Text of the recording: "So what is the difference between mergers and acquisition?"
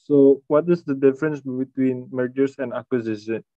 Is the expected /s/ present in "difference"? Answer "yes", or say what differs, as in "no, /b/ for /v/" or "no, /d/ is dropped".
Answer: yes